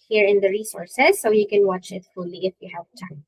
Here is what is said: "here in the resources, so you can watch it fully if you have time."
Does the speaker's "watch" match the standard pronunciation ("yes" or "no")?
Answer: yes